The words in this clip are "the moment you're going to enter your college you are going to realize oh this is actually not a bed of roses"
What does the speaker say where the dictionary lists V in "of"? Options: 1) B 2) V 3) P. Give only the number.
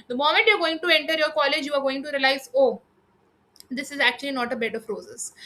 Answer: 3